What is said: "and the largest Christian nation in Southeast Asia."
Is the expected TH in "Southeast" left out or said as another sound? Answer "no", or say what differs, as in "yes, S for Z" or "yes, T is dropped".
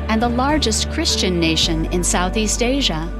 no